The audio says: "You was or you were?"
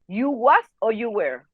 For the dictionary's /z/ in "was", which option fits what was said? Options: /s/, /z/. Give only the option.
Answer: /s/